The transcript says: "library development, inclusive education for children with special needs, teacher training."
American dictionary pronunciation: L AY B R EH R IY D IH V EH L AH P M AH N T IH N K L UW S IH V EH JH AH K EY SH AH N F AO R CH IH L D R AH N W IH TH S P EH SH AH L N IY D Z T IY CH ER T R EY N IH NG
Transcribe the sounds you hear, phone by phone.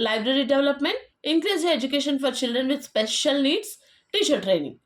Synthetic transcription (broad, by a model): L AY B R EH R IY D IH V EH L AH P M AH N T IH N K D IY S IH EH JH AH K EY SH AH N F AO R CH IH L D R AH N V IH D S P EH SH AH L N IY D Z T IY SH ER T R EY N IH NG